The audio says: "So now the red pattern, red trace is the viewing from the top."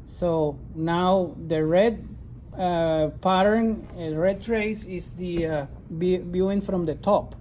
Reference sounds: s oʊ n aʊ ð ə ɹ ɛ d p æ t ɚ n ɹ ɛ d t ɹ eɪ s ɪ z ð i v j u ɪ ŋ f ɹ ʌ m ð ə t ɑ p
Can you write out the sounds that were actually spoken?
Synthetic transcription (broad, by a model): s oʊ n aʊ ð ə ɹ ɛ d p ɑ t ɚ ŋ ɹ ɛ d t ɹ eɪ s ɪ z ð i b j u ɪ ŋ f ɹ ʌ m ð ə t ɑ p